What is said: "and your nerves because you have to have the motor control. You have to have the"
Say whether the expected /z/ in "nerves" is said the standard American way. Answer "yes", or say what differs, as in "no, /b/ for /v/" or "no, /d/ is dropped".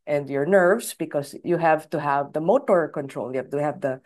no, /s/ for /z/